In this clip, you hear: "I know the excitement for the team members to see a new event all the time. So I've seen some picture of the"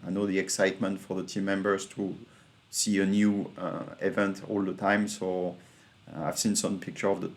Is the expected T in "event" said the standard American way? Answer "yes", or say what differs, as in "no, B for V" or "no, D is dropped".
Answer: yes